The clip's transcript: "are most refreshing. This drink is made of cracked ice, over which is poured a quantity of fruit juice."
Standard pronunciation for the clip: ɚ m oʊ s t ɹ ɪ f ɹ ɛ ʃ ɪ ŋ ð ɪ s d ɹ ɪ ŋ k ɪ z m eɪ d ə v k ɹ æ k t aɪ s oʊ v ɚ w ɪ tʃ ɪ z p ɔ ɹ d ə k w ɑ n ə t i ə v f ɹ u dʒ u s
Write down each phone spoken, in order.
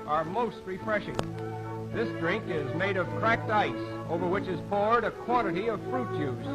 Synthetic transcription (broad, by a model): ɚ m oʊ s t ɹ ɪ f ɹ ɛ ʃ ɪ ŋ ð ɪ s d ɹ ɪ ŋ k ɪ z m eɪ d ə v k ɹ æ k t aɪ s oʊ v ɚ w ɪ tʃ ɪ z p ɔ ɹ d ə k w ɑ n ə t i ə v f ɹ u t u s